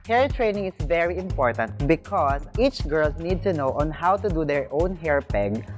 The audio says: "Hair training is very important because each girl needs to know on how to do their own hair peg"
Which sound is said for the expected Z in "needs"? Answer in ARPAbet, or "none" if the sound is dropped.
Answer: none